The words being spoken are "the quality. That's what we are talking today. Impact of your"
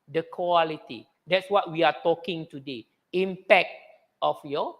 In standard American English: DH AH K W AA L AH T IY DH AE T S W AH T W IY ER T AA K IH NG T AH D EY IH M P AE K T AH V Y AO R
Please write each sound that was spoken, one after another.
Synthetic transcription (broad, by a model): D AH K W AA L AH T IY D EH T S W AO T W IY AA T AA K IH NG T AH D EY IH M P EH K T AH F Y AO